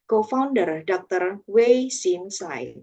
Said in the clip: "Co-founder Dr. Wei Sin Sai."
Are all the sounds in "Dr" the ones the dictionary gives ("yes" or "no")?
yes